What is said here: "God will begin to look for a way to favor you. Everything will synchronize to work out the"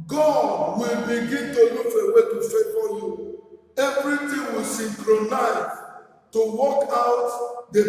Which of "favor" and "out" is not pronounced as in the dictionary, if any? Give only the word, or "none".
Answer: favor